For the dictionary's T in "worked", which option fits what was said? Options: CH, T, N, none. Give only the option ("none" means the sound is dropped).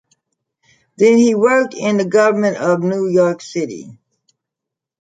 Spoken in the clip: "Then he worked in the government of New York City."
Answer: T